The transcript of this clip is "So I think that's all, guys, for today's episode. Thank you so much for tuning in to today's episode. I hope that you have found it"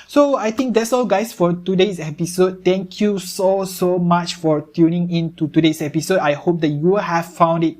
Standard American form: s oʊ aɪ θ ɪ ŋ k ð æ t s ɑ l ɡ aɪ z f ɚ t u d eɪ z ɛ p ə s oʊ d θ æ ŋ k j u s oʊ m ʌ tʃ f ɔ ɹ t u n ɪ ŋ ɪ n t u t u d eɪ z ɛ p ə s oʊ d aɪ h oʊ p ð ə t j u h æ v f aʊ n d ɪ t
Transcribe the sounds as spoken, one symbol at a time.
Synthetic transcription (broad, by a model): s oʊ aɪ t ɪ ŋ k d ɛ t s ɑ l ɡ aɪ s f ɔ t u d eɪ s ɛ p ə s oʊ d t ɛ ŋ k j u s oʊ m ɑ tʃ f ɔ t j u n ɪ ŋ ɪ n t u t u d eɪ s ɛ p ə s oʊ d aɪ h oʊ p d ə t j u h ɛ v f aʊ n d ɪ t